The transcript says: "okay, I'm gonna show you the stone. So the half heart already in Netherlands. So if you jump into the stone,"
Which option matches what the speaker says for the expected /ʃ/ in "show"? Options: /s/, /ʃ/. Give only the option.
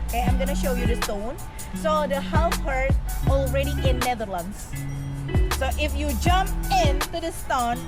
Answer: /ʃ/